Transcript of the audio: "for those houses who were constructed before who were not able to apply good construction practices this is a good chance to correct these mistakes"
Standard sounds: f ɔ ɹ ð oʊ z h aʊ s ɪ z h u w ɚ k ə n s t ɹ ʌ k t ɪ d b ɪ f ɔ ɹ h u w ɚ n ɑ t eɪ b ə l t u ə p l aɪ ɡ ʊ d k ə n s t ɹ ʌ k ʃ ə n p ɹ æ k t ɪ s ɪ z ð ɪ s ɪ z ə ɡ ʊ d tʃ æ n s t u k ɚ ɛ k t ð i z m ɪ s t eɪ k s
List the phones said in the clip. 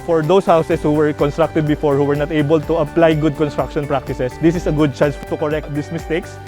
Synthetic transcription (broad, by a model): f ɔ ɹ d oʊ s h aʊ s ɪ s h u w ɚ k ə n s t ɹ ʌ k t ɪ d b ɪ f ɔ ɹ h u w ɚ n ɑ t eɪ b ə l t u ə p l aɪ ɡ ʊ d k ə n s t ɹ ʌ k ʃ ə n p ɹ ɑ k t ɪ s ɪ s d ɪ s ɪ s ə ɡ ʊ d tʃ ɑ n s t u k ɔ ɛ k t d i s m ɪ s t eɪ k s